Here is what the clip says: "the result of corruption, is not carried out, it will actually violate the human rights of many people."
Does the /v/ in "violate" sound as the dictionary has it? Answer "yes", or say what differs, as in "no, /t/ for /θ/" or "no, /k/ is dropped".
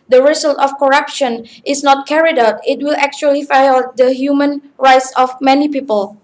no, /f/ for /v/